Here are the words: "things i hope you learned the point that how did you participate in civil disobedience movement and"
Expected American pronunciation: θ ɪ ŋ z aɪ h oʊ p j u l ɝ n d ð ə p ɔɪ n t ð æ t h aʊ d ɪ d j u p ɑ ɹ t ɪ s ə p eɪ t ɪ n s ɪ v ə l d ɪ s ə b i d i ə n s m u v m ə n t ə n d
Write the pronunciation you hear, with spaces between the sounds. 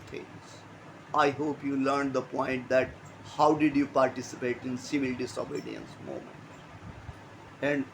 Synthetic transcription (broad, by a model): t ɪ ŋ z aɪ h oʊ p j u l ɝ n d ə p ɔɪ n t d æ t h aʊ d ɪ d j u p ɑ ɹ t ɪ s ə p eɪ t ɪ n s ɪ v ə l d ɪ s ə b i d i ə n s m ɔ m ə n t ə n d